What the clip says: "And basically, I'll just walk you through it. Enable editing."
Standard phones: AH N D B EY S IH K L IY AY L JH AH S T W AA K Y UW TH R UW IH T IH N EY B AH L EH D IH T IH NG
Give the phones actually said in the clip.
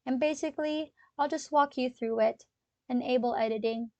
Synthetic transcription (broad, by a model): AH N B EY S IH K L IY AY L JH AH S T W AA K Y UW TH R UW IH T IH N EY B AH L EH D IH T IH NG